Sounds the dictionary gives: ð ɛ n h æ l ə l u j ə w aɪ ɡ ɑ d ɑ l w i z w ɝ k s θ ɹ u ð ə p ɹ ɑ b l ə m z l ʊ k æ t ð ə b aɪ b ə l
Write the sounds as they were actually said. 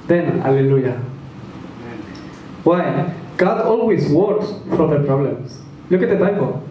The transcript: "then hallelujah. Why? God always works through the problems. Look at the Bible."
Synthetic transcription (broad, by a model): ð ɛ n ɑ l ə l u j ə w aɪ ɡ ɑ d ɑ l w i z w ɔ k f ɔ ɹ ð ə p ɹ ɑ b l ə m s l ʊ k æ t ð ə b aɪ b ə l